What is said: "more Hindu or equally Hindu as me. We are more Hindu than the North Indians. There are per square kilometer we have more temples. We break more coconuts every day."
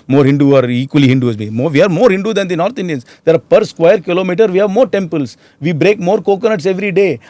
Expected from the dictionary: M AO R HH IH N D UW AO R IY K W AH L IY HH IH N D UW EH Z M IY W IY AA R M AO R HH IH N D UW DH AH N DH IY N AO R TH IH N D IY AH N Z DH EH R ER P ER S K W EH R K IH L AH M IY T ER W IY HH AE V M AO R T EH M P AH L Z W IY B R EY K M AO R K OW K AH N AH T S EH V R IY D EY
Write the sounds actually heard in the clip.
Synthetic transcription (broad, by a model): M AO R HH IH N D UW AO R IY K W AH L IY HH IH N D UW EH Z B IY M IY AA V M AO R HH IH N D UW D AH N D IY N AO R T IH N D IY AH N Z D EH R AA P ER S K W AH R K IH L AH M IY T ER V IY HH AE V M AO R T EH M P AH L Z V IY B R EY K M AO R K OW K AH N AH T S EH V R IY D EY